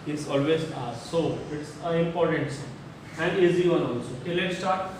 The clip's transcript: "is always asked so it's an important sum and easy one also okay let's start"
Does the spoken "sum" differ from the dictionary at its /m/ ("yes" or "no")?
yes